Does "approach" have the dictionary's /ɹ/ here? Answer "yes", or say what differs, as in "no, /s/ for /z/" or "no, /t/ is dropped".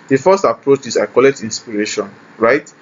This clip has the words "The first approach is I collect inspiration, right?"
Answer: yes